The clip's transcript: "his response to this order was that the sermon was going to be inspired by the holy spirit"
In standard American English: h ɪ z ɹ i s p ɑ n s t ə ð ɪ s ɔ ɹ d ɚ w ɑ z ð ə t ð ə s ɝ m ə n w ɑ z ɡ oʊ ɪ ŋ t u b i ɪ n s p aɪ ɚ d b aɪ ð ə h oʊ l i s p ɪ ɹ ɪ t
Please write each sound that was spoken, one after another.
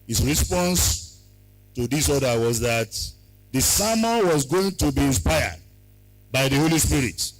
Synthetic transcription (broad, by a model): h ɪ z ɹ i s p ɑ n s t ə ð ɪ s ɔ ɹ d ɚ w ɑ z ð ə t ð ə s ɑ m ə l w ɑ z ɡ oʊ ɪ ŋ t u b i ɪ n s p aɪ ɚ d b aɪ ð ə h oʊ l i s p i ɹ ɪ t